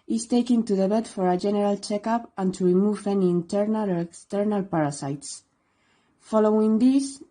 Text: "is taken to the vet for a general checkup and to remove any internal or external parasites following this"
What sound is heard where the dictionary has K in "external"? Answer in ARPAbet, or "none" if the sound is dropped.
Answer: K